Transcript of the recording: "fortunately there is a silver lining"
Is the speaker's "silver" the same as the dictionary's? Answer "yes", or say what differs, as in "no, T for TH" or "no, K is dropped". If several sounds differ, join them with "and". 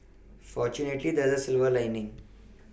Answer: yes